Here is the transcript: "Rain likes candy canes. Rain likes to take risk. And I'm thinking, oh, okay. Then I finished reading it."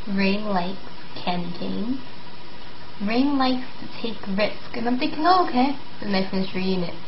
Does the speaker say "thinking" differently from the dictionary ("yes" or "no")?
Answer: no